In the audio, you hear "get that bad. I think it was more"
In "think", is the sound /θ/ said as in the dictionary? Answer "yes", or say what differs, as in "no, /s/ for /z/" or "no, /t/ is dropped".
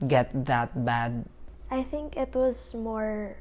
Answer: yes